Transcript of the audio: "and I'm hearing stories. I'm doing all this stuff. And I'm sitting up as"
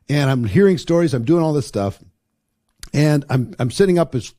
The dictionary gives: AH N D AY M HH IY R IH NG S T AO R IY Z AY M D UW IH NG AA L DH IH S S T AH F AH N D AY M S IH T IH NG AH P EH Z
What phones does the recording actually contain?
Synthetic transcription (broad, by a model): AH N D AY M HH IY R IH NG S T AO R IY Z AY M D UW IH NG AA L DH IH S S T AH F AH N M AY M S IH T IH NG AH P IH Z